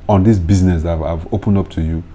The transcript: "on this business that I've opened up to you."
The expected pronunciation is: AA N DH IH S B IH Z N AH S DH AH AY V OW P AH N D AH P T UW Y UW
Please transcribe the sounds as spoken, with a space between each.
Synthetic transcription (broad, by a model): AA N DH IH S B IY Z N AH S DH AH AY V OW P AH N D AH P T UW Y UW